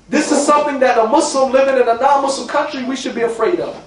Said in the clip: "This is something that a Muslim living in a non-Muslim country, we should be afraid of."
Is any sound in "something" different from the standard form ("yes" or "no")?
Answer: no